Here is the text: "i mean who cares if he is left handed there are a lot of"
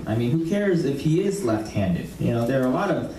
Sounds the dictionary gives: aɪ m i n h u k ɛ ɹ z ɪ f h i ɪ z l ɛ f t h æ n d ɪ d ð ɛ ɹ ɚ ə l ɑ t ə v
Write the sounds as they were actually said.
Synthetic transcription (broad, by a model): aɪ m i n h u k ɛ ɹ z ɪ f h i ɪ z l ɛ f t h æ n d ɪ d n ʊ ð ɚ ə l ɑ t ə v